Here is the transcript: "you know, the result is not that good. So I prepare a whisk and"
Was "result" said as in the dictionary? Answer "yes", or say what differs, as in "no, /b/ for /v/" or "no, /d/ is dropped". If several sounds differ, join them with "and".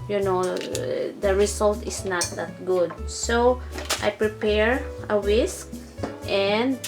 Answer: no, /s/ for /z/